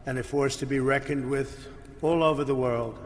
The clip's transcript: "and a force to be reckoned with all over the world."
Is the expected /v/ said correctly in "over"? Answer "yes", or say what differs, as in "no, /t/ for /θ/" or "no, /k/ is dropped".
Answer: yes